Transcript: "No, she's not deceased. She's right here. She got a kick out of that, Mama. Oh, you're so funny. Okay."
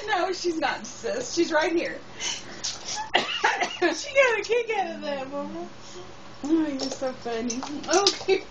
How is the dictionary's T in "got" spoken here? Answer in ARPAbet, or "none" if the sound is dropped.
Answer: none